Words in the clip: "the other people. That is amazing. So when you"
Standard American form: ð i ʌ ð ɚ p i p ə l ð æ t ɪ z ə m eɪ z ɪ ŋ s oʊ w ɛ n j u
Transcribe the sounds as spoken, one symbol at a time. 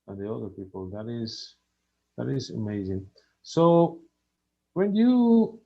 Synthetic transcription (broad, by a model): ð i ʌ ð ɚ p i p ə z ð æ t ɪ z ə m eɪ z ɪ ŋ s oʊ w ɛ n j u